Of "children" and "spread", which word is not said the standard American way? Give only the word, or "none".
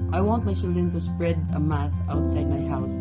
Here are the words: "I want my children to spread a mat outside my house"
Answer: children